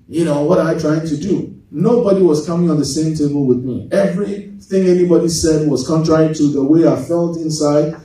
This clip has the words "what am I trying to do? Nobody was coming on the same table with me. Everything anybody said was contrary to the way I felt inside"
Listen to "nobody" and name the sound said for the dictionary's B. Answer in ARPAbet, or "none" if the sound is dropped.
B